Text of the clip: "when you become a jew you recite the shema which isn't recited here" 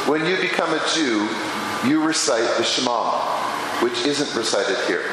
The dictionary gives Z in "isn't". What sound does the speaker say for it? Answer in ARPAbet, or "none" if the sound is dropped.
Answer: Z